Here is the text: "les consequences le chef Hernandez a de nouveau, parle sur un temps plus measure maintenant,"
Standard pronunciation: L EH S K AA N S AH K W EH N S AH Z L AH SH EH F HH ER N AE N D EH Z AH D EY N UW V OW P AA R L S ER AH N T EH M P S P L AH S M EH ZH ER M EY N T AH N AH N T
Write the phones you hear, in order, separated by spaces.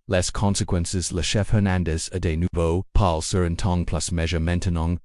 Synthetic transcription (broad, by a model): L EH S K AA N S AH K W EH N S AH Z L AH SH EH F HH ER N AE N D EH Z AH D EY N UW V OW P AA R L S ER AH N T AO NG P P L AH S M EH ZH ER M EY N T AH N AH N